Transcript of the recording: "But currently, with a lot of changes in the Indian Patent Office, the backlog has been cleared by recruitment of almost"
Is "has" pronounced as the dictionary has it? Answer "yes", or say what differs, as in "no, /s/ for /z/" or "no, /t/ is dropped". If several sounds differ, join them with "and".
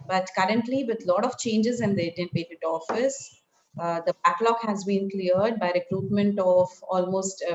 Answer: yes